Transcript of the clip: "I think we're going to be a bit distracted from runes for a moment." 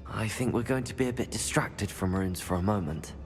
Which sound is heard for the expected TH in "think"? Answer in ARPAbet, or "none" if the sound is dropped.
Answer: TH